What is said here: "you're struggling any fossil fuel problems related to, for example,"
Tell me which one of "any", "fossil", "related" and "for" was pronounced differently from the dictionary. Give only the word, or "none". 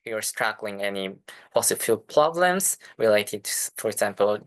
fossil